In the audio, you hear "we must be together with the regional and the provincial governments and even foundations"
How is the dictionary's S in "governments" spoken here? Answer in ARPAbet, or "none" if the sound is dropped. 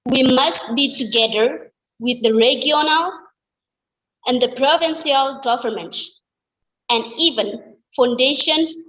none